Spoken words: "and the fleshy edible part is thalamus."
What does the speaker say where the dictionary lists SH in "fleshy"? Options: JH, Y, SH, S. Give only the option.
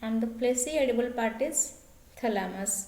S